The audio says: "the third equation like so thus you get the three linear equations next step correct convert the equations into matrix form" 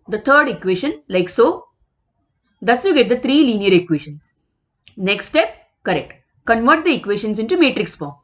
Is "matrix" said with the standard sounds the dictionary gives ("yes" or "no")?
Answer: yes